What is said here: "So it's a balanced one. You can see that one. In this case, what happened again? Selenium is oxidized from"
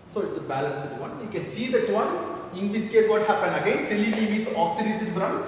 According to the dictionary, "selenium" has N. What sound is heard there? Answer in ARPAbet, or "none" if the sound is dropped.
L